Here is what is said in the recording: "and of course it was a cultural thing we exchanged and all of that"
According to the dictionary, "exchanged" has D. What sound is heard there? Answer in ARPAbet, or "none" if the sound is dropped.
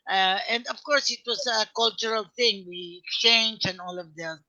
none